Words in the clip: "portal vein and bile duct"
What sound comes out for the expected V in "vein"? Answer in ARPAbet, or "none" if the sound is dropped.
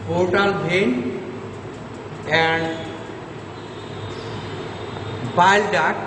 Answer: B